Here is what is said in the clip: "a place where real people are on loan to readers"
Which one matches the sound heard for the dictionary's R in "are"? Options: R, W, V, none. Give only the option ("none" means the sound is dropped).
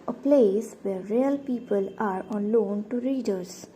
R